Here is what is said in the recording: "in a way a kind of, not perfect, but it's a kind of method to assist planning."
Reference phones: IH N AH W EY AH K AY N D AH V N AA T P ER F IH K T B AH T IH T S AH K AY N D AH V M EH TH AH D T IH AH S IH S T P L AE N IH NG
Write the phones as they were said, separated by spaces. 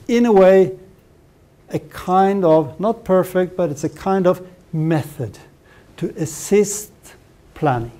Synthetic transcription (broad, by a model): IH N AH W EY AH K AY N D AH V N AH T P ER F IH K T B AH T IH T S AH K AY N D AH V M EH TH AH D T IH AH S IH S T P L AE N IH NG